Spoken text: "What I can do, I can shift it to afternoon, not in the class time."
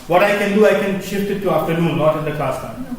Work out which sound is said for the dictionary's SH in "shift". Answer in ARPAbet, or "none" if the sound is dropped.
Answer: SH